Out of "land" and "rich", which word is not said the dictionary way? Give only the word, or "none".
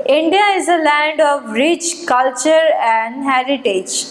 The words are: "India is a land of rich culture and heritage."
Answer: none